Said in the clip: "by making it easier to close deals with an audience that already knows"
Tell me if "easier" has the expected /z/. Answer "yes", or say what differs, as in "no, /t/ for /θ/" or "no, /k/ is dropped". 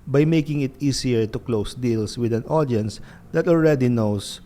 no, /s/ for /z/